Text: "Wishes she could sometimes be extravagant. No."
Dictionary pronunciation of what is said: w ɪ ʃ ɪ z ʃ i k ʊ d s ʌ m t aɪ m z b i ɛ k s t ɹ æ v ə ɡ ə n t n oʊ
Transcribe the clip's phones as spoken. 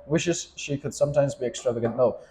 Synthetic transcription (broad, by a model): w ɪ ʃ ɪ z ʃ i k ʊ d s ʌ m t aɪ m z b i ɛ k s t ɹ æ v ə ɡ ə n t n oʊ